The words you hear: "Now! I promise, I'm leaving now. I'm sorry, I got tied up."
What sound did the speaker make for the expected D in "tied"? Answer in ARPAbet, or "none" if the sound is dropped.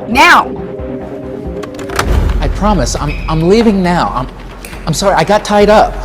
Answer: D